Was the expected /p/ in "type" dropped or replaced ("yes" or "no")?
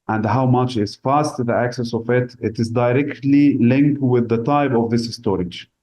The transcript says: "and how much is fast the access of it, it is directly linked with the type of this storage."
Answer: yes